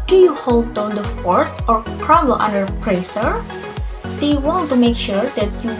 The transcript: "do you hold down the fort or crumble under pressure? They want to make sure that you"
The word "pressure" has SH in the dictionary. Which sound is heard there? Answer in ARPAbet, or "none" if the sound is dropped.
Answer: S